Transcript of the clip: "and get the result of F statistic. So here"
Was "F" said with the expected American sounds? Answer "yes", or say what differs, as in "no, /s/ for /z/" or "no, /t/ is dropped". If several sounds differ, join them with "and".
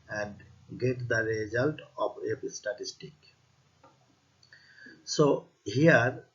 no, /p/ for /f/